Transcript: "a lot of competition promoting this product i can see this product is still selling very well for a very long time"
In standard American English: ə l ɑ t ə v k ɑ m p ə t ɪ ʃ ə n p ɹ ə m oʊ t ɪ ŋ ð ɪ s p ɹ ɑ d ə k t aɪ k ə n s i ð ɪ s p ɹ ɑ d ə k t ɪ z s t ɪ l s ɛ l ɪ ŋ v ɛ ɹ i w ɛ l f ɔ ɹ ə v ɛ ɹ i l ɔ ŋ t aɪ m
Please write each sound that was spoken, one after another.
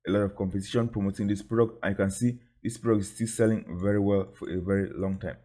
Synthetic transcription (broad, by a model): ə l ɑ t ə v k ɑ m p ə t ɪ ʃ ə n p ɹ ə m oʊ t ɪ ŋ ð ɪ s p ɹ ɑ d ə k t aɪ k ə n s i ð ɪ s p ɹ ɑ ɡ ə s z s t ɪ l s ɛ l ɪ ŋ v ɛ ɹ i w ɛ l f ɔ ɹ ə v ɛ ɹ i l ɔ ŋ t aɪ m